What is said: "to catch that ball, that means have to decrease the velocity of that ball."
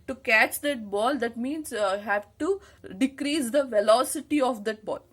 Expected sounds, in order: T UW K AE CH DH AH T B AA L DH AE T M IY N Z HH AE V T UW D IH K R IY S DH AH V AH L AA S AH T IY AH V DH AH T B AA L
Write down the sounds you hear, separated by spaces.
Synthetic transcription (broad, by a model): T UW K AE CH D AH T B AA L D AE T M IY N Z HH AE V T UW D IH K R IY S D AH V AH L AA S AH T IY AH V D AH T B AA L